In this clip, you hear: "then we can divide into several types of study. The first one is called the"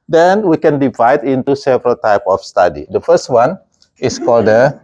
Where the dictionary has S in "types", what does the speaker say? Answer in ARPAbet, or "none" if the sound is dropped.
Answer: none